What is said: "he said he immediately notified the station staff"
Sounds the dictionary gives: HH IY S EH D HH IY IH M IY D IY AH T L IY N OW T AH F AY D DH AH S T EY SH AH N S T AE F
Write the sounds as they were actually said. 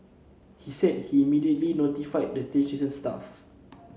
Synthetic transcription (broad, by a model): HH IY S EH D HH IY M IY D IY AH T L IY N OW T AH F AY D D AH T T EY S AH N S T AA F